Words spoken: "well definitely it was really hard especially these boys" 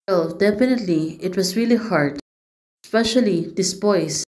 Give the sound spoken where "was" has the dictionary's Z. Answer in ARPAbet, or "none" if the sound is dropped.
S